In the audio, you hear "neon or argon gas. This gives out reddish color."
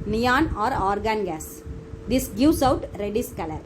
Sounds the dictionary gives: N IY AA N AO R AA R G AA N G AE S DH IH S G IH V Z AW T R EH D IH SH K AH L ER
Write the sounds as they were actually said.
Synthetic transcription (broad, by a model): N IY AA N AO R AA R G AA N G AE S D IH S G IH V S AW T R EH D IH S K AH L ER